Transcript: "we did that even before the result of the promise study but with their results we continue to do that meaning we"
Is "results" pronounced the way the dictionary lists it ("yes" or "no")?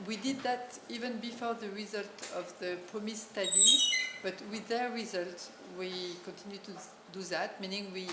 no